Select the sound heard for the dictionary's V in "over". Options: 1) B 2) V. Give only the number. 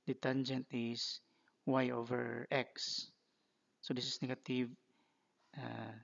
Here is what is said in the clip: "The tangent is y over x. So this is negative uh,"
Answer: 2